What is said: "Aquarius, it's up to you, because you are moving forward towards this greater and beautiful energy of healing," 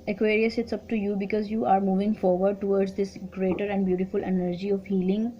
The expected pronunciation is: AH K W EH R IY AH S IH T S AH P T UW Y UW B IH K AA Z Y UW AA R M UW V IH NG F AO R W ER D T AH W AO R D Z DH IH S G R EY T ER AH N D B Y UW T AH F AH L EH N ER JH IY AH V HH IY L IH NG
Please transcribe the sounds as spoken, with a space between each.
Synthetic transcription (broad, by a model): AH K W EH R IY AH S IH T S AH P T UW Y UW B IH K AA Z Y UW AA R M UW V IH NG F AO R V ER D T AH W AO R D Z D IH S G R EY T ER AH N D B Y UW T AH F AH L EH N ER JH IY AH V HH IY L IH NG